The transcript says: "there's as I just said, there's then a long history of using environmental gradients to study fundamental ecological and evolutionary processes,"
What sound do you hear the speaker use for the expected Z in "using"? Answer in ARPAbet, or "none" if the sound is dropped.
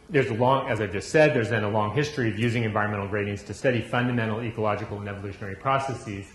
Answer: Z